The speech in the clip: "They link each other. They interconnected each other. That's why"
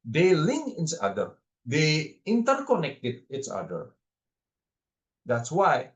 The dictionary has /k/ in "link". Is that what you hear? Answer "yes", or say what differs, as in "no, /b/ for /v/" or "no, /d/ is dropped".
no, /k/ is dropped